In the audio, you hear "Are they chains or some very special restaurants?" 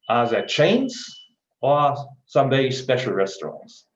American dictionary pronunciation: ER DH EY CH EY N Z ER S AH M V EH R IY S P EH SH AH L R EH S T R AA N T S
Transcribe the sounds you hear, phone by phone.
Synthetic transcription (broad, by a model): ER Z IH CH EY N Z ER S AH M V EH IY S P EH SH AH L R EH S T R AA N T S